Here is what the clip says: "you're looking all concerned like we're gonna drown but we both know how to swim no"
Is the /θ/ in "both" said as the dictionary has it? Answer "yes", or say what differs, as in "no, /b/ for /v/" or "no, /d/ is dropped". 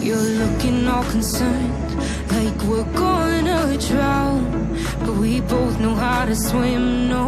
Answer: yes